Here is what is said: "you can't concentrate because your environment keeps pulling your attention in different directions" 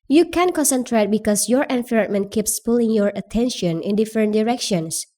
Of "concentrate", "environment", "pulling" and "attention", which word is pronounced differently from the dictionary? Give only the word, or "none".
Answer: environment